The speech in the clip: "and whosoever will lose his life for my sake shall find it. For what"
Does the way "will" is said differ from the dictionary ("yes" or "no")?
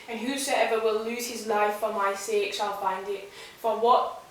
no